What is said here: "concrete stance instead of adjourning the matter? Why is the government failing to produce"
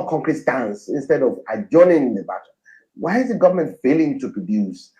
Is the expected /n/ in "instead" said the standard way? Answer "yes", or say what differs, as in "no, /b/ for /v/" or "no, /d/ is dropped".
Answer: yes